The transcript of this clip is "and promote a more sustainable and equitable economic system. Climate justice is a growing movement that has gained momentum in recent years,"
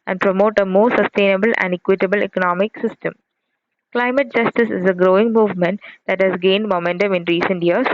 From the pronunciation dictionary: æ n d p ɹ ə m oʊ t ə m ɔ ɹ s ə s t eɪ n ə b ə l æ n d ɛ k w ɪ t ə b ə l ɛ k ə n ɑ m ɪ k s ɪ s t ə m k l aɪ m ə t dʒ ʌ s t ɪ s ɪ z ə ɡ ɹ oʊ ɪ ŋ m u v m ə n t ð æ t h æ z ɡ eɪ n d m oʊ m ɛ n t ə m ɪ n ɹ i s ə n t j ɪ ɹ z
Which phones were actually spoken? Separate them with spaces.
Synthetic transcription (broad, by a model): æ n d p ɹ ə m oʊ t ə m ɔ ɹ s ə s t eɪ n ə b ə l æ n d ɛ k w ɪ t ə b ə l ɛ k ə n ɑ m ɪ k s ɪ s t ə m k l aɪ m ə t dʒ ʌ s t ɪ s ɪ z ə ɡ ɹ oʊ ɪ ŋ m u v m ə n t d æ t h æ z ɡ eɪ n d m oʊ m ɛ n t ə m ɪ n ɹ i s ə n t j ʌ ɹ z